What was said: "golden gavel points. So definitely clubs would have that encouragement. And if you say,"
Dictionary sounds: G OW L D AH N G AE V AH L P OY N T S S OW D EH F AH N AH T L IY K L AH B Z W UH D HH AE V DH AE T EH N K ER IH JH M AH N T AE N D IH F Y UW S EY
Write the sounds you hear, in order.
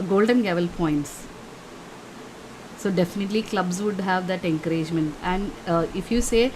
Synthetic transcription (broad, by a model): G OW L D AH N G AE V AH L P OY N T S S OW D EH F AH N AH T L IY K L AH B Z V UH D HH AE V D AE T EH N K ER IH JH M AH N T AE N D IH F Y UW S EY